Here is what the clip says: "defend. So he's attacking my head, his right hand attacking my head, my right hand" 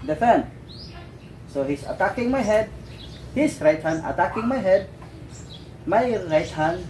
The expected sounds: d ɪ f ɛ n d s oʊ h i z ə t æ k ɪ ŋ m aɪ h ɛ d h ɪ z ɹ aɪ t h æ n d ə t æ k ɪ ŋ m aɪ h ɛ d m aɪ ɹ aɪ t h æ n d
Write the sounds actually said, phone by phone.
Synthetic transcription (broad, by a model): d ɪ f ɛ n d s oʊ h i s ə t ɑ k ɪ ŋ m aɪ h ɛ d h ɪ s ɹ aɪ t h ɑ n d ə t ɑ k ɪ ŋ m aɪ h ɛ d m aɪ ɹ aɪ t h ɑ n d